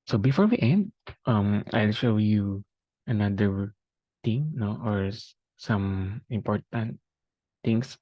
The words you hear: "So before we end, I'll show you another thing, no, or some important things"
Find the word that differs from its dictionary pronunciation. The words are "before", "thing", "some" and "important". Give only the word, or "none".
thing